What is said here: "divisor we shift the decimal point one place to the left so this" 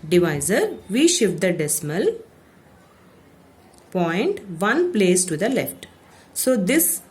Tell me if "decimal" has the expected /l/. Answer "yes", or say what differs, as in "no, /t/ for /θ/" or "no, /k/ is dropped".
yes